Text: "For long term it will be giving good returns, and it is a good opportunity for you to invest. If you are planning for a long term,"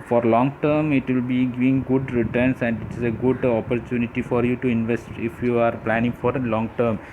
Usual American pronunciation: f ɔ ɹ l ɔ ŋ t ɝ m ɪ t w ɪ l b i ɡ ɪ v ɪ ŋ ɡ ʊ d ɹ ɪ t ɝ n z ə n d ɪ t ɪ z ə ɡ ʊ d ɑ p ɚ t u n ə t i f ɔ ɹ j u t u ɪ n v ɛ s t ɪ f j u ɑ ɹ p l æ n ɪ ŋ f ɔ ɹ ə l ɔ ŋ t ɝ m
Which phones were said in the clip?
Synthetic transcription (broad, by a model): f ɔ ɹ l ɔ ŋ t ɝ m ɪ t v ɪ l b i ɡ ɪ v ɪ ŋ ɡ ʊ d ɹ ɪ t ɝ n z ə n d ɪ t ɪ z ə ɡ ʊ d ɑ p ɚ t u n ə t i f ɔ ɹ j u t u ɪ n v ɛ s t ɪ f j u ɑ ɹ p l æ n ɪ ŋ f ɔ ɹ l ɔ ŋ t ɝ m